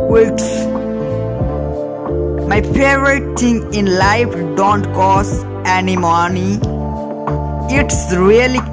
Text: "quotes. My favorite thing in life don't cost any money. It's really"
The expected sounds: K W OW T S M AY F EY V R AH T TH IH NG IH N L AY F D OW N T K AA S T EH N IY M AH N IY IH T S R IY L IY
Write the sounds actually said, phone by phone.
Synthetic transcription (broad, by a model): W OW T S M AY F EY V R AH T T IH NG IH N L AY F D OW N T K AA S EH N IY M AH N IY IH T S R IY L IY